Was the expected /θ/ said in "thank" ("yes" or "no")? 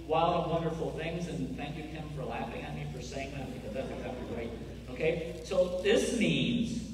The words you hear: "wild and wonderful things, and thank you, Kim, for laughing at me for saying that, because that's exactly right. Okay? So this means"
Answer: yes